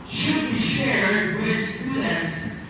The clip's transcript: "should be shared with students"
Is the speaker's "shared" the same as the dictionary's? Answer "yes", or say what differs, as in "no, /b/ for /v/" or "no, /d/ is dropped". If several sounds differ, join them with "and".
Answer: yes